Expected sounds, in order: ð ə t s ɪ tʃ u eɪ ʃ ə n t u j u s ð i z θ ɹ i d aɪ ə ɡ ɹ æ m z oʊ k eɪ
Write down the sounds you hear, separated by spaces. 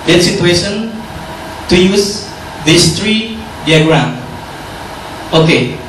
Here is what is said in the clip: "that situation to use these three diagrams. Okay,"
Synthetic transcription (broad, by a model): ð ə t s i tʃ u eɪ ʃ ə n t u j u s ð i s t ɹ i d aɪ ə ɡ ɹ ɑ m oʊ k eɪ